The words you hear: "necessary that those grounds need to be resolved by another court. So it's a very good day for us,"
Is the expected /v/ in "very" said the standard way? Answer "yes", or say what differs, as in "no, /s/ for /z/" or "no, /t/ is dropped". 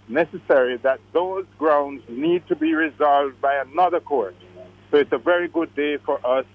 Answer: yes